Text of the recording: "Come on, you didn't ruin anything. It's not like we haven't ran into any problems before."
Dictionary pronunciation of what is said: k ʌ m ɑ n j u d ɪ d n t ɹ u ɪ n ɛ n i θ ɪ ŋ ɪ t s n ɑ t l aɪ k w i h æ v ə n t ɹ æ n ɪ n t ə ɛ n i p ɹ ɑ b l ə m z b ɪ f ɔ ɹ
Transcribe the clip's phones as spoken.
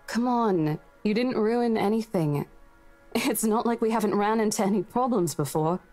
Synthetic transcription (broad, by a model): k ʌ m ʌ n j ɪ d ɪ d n t ɹ u ɪ n ɛ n i θ ɪ ŋ ɪ t s n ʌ t l aɪ k w i h æ v ə n t ɹ æ n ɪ n t ɛ n i p ɹ ɑ b l ə m z b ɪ f ɔ ɹ